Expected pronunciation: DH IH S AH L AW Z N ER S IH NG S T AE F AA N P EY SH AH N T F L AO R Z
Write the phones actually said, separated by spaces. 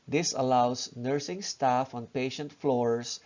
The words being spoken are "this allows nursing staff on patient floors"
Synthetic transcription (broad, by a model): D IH S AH L AW S N ER S IH NG S T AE F AA N P EY SH AH N T F L AO R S